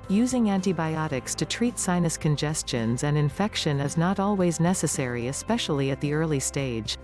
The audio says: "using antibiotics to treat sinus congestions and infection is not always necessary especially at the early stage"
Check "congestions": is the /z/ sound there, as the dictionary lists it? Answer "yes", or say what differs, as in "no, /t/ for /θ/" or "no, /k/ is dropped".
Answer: yes